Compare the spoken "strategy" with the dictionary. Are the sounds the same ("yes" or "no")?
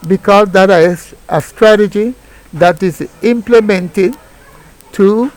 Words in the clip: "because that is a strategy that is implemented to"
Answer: yes